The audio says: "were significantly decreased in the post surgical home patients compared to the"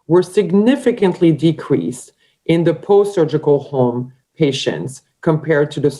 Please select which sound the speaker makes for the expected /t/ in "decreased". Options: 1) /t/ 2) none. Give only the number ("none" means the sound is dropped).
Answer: 1